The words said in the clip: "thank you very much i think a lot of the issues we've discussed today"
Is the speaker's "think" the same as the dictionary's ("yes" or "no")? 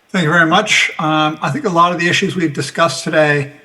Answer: yes